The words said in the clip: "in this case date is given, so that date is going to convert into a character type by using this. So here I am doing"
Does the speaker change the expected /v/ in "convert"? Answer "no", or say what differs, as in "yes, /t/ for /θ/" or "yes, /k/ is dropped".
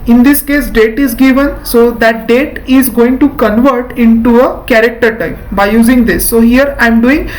no